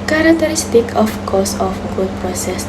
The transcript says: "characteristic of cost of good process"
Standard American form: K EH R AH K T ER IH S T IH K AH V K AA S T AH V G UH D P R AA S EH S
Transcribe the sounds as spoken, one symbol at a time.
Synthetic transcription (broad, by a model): K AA R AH K T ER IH S T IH K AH F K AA S AH F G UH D P R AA S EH S